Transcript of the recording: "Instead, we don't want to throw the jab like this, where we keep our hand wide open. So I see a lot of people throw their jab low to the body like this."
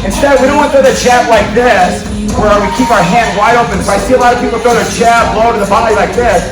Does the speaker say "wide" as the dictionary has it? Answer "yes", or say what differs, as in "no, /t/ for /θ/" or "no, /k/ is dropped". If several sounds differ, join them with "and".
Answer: yes